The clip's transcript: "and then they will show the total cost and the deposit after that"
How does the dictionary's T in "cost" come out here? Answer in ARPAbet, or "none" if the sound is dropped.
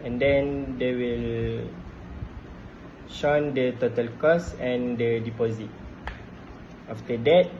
none